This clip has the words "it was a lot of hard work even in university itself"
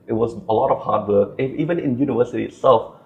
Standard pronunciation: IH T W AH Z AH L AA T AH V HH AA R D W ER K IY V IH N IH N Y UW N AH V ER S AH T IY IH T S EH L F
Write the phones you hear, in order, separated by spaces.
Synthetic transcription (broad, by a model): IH T W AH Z AH L AA T AH V HH AA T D W ER K IY V IH N IH N Y UW N AH V ER S AH T IY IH T S EH L F